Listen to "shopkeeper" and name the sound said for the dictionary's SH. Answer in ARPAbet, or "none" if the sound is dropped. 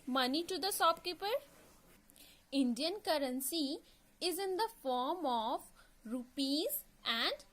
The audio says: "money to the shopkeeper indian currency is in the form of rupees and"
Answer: S